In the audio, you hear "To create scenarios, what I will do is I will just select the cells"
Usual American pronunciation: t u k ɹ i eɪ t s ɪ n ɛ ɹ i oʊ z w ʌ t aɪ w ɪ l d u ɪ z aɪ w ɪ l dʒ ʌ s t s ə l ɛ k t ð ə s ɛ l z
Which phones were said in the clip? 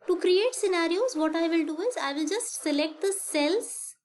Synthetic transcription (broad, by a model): t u k ɹ i eɪ t s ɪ n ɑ ɹ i oʊ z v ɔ t aɪ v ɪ l d u ɪ z aɪ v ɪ l dʒ ʌ s t s ə l ɛ k t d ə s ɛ l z